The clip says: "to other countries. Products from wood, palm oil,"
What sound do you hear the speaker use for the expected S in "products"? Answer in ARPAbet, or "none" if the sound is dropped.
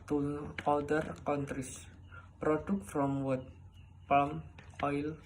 none